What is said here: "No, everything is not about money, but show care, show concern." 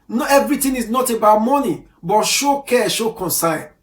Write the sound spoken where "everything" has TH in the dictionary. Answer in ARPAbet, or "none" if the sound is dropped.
T